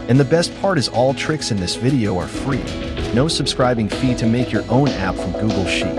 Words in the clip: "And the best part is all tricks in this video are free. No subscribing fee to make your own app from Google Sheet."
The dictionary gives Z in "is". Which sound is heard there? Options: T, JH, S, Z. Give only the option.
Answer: Z